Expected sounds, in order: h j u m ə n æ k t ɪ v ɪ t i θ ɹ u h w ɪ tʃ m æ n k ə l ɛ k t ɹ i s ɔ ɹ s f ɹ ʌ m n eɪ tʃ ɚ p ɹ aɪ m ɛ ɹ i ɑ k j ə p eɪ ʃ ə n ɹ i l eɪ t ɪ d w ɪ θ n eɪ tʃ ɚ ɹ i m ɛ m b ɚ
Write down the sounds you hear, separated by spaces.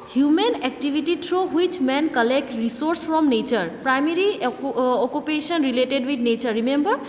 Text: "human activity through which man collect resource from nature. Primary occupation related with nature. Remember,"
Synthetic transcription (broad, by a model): h j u m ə n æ k t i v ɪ t i t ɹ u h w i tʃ m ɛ n k ə l ɛ k t ɹ i s ɔ ɹ s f ɹ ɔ m n eɪ tʃ ɚ p ɹ aɪ m ɛ ɹ i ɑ k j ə p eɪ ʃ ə n ɹ i l eɪ t ɪ d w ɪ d n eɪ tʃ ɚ ɹ i m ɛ m b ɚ